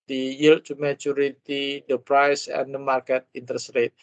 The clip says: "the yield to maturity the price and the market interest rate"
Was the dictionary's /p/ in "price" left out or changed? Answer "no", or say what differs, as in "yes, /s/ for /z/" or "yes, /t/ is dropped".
no